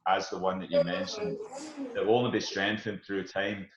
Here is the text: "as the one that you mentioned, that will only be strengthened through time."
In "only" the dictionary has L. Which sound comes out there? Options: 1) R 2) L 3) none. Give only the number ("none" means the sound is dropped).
3